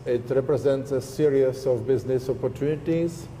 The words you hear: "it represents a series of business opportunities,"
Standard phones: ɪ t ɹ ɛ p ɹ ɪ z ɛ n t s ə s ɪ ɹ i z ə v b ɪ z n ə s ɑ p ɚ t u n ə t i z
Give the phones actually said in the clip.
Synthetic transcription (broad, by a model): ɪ t ɹ ɛ p ɹ ɪ z ɛ n t s ə s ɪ ɹ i s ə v b ɪ z n ə s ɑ p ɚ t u n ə t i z